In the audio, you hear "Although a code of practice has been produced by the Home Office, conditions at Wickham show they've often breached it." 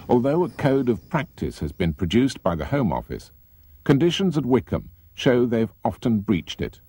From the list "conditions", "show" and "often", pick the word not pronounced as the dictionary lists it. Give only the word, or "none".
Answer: none